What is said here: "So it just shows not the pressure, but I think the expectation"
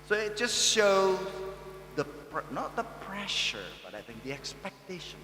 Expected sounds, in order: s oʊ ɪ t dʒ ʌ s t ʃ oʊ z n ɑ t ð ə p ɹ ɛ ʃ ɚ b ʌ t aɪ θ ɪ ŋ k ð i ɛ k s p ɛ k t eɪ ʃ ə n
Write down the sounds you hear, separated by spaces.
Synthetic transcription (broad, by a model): s oʊ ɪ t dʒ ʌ s t ʃ oʊ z n ɑ t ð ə p ɹ ɛ ʃ ɚ b ʌ t aɪ θ ɪ ŋ k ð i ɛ k s p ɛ k t eɪ ʃ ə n